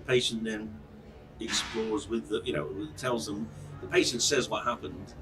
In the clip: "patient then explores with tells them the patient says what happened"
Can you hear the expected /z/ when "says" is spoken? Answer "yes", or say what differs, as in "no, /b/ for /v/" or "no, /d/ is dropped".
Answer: yes